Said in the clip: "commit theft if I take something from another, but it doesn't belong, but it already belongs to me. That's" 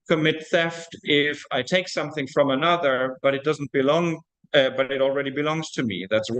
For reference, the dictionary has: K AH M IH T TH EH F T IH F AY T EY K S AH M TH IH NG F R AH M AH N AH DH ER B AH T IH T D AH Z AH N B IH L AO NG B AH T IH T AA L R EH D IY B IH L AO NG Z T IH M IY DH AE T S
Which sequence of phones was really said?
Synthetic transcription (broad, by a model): K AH M IH T TH EH F T IH F AY T EY K S AH M TH IH NG F R AH M AH N AH DH ER B AH T IH T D AH Z N B IH L AO NG B AH T IH T L R EH D IY B IH L AO NG Z T IH M IY DH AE T S